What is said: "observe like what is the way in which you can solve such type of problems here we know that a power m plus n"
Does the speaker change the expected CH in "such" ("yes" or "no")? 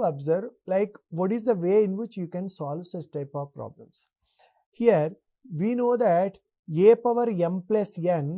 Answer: yes